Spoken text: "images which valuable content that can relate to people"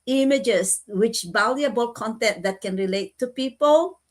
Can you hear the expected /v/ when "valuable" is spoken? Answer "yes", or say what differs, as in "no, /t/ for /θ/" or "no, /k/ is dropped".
no, /b/ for /v/